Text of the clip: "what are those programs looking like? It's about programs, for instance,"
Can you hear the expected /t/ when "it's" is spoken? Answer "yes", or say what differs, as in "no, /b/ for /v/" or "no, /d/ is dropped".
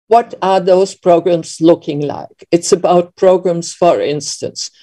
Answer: yes